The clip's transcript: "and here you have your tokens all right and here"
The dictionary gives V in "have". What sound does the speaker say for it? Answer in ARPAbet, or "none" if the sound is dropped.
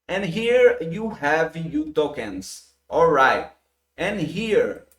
V